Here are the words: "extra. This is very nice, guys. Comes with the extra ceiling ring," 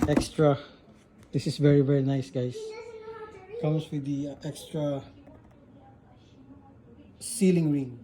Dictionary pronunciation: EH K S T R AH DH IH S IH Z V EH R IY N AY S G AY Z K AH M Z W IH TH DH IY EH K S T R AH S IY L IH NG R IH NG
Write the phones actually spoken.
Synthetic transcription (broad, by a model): EH K S T R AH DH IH S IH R V EH R IY N AY S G AY S K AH M S W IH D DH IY EH K S T R AH S IY L IH NG R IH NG